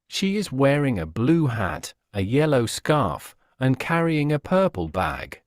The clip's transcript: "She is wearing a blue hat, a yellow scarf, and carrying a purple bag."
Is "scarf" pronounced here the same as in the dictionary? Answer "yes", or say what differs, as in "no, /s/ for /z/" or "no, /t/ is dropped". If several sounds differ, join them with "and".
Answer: yes